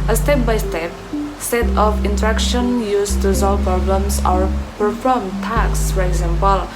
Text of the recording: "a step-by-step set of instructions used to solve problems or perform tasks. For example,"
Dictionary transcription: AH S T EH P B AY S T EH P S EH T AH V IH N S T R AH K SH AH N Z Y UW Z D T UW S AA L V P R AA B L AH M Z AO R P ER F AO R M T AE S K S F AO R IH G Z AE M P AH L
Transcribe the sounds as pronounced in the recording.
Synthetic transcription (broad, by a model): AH S T EH P B AY S T EH P S EH T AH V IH N T R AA K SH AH N Y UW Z T UW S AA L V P R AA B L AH M S AO R P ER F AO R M T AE K S F AO R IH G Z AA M P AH L